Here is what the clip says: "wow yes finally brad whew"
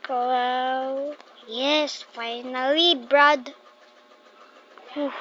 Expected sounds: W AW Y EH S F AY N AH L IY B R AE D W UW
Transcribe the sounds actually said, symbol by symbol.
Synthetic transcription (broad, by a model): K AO Y EH S F AY N AH L IY B R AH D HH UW